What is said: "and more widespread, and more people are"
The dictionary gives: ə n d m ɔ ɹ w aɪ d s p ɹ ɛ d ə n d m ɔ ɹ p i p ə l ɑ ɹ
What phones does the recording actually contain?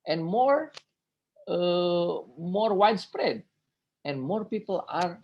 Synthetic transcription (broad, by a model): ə n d m ɔ ɹ w aɪ d s p ɹ ɛ d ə n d m ɔ ɹ p i p ə l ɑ ɹ